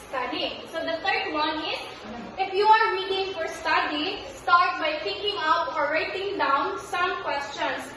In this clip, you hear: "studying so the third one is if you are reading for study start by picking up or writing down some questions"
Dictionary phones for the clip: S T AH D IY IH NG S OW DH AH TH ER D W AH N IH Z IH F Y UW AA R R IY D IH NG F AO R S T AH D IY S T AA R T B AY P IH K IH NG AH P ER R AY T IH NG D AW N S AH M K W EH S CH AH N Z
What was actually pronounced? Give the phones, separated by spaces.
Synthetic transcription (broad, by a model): S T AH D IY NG S OW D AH T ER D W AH N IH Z IH F Y UW AA R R IY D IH NG F AO R S T AH D IY S T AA R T B AY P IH K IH NG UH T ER R AY T IH NG D AW N S AH M K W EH S CH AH N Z